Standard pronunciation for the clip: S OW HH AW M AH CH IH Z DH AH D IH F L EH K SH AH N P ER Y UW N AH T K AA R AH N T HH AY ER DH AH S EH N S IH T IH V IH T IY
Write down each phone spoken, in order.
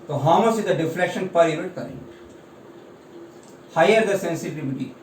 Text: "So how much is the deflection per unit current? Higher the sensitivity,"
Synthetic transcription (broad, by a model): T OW HH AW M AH S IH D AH D IH F L EH K SH AH N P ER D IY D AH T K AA R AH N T HH AY ER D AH S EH N S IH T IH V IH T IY